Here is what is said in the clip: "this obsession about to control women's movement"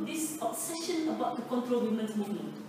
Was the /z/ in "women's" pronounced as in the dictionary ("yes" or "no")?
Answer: no